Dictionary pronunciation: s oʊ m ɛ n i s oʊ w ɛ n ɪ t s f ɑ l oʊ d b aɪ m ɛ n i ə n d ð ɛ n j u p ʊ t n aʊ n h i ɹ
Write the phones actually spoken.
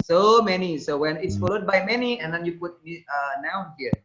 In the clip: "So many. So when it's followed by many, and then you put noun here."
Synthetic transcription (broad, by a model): s oʊ m ɛ n i s oʊ w ɛ n ɪ t s f ɑ l oʊ d b aɪ m ɛ n i ə n d ɛ n j u p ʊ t n aʊ n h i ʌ